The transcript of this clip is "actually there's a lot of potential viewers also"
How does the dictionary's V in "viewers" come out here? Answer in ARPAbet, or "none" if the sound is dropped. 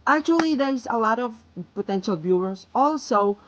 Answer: B